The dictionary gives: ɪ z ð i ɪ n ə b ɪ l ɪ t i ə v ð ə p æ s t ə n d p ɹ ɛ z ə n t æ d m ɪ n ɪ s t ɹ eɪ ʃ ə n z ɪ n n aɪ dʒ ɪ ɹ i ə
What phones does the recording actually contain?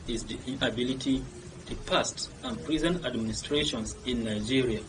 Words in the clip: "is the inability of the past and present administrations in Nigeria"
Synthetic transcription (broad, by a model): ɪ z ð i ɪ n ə b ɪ l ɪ t i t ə p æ s t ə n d p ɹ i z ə n æ d m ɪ n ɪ s t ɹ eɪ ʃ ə n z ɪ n n aɪ dʒ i ɹ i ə